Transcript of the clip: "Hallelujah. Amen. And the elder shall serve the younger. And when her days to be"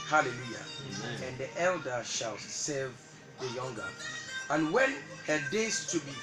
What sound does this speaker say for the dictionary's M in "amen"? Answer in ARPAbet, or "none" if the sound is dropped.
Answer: none